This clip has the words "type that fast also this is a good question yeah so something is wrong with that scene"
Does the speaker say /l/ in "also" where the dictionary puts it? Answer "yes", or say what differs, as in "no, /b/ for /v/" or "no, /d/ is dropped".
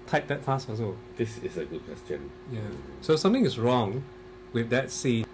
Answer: no, /l/ is dropped